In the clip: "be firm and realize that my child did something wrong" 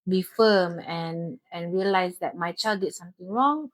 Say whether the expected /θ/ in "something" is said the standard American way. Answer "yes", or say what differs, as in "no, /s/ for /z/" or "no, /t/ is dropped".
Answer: no, /t/ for /θ/